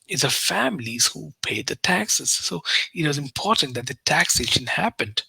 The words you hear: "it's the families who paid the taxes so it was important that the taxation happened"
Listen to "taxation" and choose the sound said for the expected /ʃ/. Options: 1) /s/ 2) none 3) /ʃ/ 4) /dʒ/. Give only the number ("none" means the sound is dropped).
3